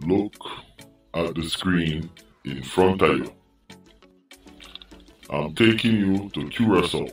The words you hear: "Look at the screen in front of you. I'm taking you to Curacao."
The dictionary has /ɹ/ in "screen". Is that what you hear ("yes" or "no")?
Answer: yes